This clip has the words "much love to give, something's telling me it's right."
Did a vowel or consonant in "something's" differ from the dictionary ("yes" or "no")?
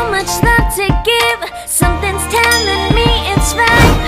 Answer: no